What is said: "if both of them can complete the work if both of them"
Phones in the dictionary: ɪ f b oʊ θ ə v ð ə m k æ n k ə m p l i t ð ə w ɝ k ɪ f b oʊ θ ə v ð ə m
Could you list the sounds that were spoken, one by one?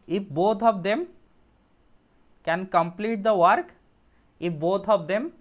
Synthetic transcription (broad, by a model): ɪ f b oʊ t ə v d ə m k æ n k ə m p l i t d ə w ɝ k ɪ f b oʊ t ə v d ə m